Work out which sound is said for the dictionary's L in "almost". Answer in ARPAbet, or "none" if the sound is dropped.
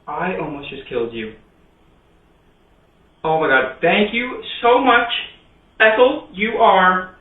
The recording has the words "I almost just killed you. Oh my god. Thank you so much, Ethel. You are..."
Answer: N